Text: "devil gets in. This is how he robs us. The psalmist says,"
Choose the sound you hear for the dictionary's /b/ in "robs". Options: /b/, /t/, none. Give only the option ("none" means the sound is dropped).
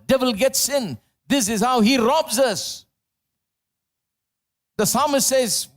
/b/